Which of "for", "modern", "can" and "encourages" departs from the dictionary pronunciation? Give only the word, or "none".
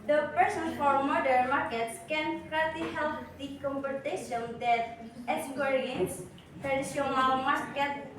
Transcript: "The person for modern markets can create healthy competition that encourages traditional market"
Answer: encourages